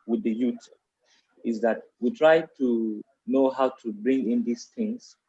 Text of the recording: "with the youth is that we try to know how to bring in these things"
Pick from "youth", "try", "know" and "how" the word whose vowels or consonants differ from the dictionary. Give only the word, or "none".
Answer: youth